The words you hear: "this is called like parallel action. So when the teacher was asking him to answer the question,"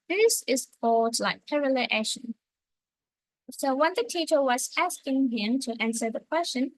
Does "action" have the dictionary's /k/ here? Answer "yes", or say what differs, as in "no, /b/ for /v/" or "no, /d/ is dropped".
no, /k/ is dropped